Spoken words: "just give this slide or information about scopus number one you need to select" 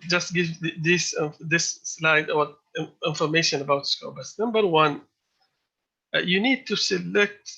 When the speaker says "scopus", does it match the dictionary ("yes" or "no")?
no